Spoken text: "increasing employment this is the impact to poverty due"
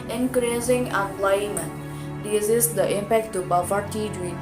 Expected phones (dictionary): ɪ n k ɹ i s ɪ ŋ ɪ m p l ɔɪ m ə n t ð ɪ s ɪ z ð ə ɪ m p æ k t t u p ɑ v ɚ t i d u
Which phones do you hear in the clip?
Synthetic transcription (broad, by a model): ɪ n k ɹ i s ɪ ŋ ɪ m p l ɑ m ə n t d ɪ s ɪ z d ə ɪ m p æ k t t u b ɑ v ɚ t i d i